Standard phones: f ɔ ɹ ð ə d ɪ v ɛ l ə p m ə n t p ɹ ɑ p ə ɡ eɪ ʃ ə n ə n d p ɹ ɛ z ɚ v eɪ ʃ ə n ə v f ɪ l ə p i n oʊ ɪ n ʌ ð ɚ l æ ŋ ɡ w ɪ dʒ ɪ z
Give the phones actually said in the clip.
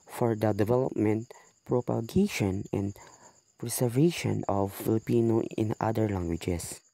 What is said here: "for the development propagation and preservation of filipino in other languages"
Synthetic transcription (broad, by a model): f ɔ ɹ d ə d ɪ v ɛ l ə p m ə n t p ɹ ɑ p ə ɡ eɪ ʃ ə n ə n d p ɹ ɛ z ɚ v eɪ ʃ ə n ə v f ɪ l ə p i n oʊ ɪ n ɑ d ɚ l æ ŋ ɡ w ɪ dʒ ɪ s